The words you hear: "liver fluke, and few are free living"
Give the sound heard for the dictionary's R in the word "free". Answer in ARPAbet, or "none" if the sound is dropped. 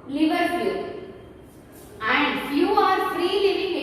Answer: R